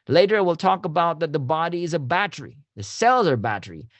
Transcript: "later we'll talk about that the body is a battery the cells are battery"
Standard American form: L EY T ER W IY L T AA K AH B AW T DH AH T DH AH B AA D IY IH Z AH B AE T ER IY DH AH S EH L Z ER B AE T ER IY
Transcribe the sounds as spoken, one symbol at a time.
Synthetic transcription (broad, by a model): L EY T ER W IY L T AA K AH B AW T DH AH T DH AH B AA D IY IH Z AH B AE T ER IY DH AH S EH L Z ER B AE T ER IY